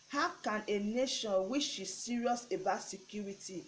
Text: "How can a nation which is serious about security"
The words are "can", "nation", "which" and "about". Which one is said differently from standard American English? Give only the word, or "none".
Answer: which